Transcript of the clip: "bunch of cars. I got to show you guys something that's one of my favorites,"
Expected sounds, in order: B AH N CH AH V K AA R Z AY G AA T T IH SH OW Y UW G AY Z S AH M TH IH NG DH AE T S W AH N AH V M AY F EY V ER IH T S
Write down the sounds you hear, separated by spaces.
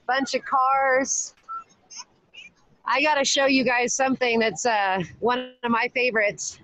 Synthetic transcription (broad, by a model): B AH N CH AH V K AA R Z AY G AA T T IH SH OW Y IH G AY Z S AH M TH IH NG DH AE T S W AH N AH V M AY F EY V ER IH T S